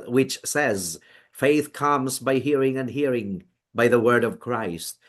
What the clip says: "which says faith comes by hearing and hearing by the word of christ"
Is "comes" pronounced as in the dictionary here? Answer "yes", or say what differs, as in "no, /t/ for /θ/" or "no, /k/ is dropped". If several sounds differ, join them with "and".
yes